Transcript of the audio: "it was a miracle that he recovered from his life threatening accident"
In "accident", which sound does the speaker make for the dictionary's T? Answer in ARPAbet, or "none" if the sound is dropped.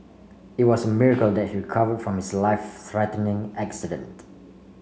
T